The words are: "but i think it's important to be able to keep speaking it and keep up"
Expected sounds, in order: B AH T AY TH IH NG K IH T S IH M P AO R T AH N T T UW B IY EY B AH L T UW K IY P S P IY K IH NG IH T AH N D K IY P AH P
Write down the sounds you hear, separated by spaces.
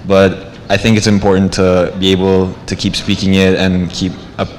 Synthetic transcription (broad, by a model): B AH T AY TH IH NG K IH T S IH M P AO R T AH N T T UW B IY EY B AH L T UW K IY P S P IY K IH NG IH T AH N K IY P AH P